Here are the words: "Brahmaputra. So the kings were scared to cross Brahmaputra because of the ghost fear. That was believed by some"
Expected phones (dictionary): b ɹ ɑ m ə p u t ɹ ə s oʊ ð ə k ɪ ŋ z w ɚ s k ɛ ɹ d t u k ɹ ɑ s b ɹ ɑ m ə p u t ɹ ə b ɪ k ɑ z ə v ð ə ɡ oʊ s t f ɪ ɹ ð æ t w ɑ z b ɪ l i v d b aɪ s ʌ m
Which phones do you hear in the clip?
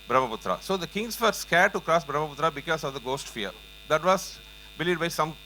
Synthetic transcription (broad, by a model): b ɹ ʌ m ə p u t ɹ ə s oʊ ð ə k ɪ ŋ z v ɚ s k ɛ ɹ d t u k ɹ ɑ s b ɹ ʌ m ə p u t ɹ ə b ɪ k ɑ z ə v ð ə ɡ oʊ s t f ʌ ɹ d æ t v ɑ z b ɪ l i d b aɪ s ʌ m